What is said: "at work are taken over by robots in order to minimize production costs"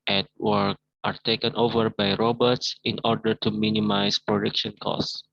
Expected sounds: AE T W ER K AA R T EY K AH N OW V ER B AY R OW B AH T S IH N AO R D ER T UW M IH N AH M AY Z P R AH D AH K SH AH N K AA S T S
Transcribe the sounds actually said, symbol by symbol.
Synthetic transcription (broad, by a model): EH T W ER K AA R T EY K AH N OW V ER B AY R OW B AH T S IH N AO R D ER T UW M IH N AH M AY S P R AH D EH K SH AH N K AA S S